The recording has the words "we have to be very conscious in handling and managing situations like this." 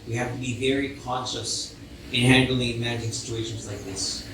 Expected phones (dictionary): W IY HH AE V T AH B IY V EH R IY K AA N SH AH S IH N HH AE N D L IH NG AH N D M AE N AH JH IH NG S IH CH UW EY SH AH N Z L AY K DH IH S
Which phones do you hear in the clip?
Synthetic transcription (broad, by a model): W IY HH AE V T AH B IY V EH R IY K AA N SH AH S IH N HH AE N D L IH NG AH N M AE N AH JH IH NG S IH CH UW EY SH AH N Z L AY K DH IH S